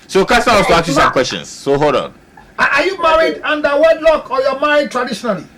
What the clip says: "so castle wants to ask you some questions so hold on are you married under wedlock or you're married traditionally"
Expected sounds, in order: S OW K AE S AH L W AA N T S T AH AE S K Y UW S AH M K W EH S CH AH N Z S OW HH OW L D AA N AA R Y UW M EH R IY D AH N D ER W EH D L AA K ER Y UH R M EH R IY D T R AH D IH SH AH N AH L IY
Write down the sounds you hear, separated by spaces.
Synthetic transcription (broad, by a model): S OW K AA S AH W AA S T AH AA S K Y UW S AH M K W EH S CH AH N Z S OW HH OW D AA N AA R Y UW M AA R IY D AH N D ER W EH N L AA K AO Y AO M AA IY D T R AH D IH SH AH N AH L IY